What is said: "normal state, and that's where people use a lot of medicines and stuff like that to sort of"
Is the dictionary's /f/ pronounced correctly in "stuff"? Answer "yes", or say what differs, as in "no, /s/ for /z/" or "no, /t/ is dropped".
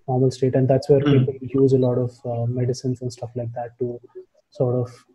yes